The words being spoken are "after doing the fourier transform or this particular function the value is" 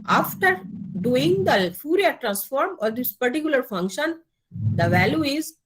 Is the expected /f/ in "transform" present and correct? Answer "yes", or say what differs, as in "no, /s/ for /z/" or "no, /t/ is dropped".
yes